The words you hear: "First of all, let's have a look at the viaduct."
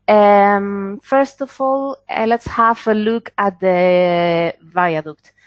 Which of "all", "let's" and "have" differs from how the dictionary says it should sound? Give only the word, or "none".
have